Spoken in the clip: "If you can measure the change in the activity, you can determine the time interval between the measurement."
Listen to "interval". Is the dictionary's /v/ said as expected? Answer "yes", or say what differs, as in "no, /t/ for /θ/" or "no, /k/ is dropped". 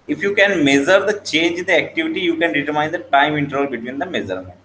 no, /v/ is dropped